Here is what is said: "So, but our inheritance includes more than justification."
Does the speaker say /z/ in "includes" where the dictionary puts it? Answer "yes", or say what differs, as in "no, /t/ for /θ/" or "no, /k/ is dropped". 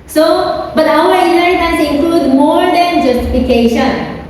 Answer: no, /z/ is dropped